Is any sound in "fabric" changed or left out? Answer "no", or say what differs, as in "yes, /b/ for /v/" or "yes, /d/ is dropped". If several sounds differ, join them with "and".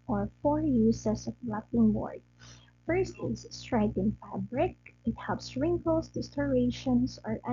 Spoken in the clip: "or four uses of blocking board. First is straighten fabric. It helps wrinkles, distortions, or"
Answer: no